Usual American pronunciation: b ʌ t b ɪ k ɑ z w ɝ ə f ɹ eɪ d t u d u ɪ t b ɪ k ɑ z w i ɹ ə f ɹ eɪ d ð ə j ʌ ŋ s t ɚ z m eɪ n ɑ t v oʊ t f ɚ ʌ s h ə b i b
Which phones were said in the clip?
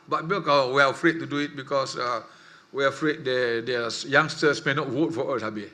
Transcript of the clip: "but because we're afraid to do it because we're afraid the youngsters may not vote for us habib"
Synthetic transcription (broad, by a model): b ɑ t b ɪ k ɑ w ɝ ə f ɹ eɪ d t u d u ɪ t b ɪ k ɑ s w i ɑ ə f ɹ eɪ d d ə j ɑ ŋ s t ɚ s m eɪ n ɑ t w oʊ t f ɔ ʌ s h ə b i